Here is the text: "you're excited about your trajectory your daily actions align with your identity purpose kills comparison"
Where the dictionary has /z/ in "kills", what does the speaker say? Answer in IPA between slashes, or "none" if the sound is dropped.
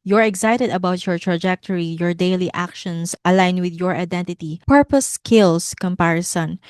/s/